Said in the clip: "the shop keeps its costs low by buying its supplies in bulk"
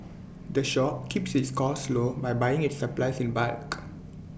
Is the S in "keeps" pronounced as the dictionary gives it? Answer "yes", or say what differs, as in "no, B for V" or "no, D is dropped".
yes